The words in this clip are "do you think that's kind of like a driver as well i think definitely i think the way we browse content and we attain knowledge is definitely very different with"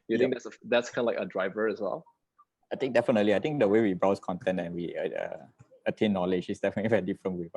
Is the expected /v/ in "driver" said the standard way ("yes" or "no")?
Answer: yes